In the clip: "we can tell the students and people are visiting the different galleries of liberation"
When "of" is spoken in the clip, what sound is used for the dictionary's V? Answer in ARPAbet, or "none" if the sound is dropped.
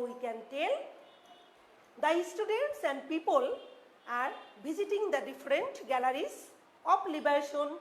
P